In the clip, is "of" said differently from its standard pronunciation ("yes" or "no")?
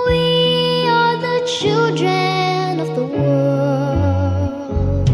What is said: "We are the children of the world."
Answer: no